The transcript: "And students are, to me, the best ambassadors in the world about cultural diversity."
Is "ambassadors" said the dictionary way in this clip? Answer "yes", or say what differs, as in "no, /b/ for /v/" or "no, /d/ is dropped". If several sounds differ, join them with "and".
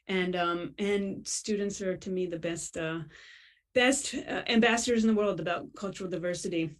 yes